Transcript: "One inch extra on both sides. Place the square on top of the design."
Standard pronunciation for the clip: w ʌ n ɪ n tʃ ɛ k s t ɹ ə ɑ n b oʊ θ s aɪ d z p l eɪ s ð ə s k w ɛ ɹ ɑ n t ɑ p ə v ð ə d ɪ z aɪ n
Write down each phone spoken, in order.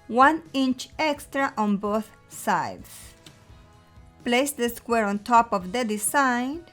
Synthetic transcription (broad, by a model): w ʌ n ɪ n tʃ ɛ k s t ɹ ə ɑ n b oʊ θ s aɪ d s p l eɪ s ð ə s k w ɛ ɹ ɑ n t ɑ p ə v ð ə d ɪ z aɪ n